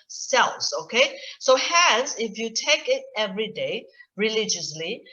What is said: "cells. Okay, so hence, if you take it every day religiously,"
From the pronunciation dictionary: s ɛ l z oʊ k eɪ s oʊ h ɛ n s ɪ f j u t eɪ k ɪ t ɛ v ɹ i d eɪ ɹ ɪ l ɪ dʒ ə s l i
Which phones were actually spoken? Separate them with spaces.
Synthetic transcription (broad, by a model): s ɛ l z oʊ k eɪ s oʊ h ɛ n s ɪ f j u t eɪ k ɪ t ɛ v ɹ i d eɪ ɹ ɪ l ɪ dʒ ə s l i